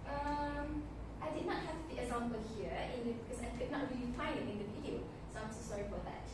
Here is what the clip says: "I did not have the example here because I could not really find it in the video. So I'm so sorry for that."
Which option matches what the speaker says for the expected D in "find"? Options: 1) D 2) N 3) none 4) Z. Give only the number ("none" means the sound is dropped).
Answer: 3